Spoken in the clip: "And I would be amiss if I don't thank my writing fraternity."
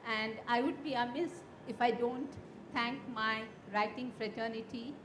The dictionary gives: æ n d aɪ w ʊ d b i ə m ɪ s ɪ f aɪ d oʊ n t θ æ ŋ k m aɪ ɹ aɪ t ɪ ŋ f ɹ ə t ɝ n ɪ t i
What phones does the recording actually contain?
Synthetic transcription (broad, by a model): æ n d aɪ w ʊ d b i ə m ɪ s ɪ f aɪ d oʊ n t t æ ŋ k m aɪ ɹ aɪ t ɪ ŋ f ɹ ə t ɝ n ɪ t i